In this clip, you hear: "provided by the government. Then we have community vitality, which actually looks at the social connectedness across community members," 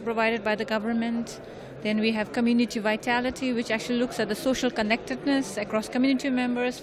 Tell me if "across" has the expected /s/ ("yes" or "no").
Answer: yes